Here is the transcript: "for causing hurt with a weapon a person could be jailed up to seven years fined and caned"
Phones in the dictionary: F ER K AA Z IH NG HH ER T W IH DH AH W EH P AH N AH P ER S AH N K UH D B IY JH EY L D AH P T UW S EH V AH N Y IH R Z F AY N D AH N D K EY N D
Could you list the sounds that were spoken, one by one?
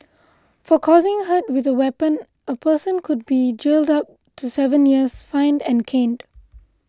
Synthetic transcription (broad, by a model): F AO K AA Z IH NG HH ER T W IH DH AH W EH P AH N AH P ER S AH N K UH D B IY JH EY L D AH P T UW S EH V AH N Y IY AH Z F AY N D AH N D K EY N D